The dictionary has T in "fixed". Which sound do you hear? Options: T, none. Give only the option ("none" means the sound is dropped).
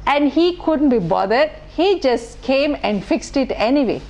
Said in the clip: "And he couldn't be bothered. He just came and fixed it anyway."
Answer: T